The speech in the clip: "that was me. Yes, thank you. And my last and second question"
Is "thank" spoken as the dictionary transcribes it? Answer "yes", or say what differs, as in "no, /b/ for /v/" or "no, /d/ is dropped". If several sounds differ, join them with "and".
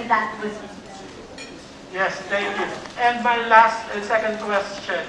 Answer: no, /t/ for /θ/